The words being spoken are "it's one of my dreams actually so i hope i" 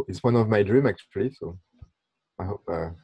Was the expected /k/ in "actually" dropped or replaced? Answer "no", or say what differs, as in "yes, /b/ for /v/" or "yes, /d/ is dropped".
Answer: no